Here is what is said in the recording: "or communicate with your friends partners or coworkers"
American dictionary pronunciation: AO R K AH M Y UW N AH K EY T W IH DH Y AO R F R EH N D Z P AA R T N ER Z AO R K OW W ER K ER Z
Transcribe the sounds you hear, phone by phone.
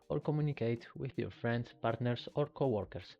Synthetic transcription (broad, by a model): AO R K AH M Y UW N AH K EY T W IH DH Y AO R F R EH N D S P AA R T N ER S AO R K OW W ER K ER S